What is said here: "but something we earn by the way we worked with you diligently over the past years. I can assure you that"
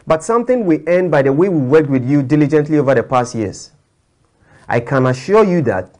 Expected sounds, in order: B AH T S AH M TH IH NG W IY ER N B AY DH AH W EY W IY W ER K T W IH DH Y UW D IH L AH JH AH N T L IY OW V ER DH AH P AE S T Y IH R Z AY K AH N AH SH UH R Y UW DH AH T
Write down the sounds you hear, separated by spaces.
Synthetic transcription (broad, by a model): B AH T S AH M TH IH NG W IY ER N B AY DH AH W EY W IY W ER K T W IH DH Y UW D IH L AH JH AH N T L IY OW V ER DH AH P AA S T Y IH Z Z AY K AH N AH SH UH Y UW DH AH T